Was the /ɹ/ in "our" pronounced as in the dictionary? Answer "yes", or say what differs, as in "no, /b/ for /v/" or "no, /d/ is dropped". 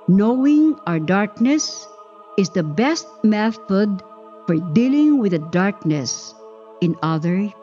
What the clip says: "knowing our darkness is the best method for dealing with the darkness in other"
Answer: yes